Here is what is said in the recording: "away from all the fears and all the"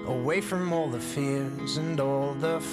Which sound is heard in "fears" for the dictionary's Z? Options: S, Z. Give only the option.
Z